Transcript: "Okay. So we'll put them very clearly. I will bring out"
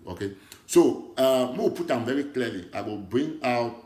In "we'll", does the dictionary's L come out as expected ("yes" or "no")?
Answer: no